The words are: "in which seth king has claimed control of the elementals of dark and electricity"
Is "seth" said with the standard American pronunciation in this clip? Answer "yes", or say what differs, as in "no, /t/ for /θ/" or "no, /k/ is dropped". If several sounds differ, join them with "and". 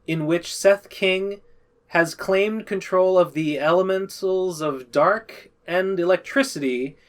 yes